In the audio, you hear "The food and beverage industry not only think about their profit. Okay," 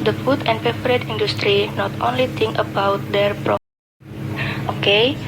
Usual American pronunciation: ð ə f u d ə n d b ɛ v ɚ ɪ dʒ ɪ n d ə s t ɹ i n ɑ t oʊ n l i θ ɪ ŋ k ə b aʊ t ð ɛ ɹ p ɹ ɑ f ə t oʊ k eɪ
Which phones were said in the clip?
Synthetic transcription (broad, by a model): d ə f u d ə n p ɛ p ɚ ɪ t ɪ n d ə s t ɹ i n ɑ t oʊ n l i t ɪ ŋ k ə b aʊ t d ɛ ɹ p ɹ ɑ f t oʊ k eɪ